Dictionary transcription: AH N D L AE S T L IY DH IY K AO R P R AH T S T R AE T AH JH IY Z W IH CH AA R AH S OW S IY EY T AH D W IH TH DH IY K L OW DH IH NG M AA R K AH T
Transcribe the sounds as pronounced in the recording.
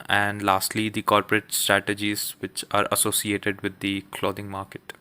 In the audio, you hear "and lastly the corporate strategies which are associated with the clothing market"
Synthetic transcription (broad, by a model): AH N D L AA S T L IY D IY K AO R P R AH T S T R AE T AH JH IY Z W IH CH AA R AH S OW S IY EY T AH D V IH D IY K L OW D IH NG M AA R K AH T